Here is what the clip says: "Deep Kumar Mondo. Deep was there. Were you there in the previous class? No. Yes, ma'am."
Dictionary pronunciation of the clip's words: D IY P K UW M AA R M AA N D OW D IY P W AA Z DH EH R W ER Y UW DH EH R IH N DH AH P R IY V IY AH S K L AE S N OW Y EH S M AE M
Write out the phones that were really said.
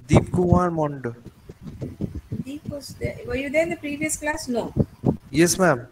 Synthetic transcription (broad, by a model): D IY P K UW AA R M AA N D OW D IY P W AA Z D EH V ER Y UW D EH IH N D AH P R IY V IY AH S K L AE S N OW Y EH S M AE M